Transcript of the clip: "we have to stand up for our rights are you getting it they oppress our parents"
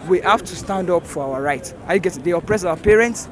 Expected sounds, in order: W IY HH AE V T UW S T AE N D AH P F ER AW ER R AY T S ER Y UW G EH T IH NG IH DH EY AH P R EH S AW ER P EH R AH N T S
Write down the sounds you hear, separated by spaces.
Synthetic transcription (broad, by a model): W IY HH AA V T UW S T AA N D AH P F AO AW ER R AY T AA Y UW G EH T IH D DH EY AH P R EH S AW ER P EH R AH N T S